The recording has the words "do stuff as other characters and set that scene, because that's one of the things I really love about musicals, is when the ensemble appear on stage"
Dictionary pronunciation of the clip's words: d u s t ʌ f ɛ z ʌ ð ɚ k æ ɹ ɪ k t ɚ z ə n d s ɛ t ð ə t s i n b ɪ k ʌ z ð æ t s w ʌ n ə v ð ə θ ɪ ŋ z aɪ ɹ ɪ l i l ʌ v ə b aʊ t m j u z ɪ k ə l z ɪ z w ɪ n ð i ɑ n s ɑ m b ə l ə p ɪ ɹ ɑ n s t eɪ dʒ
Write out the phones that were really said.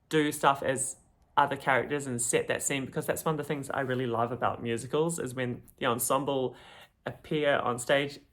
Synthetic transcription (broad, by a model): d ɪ s t ʌ f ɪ z ʌ ð ɚ k æ ɹ ɪ k t ɚ z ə n s ɛ t ð ə t s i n b ɪ k ʌ z ð æ t s w ʌ n ə v ð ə θ ɪ ŋ z aɪ ɹ ɪ l i l ʌ v ə b aʊ t m j u z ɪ k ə l z ɪ z w ɪ n ð i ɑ n s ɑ m b l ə p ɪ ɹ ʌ n s t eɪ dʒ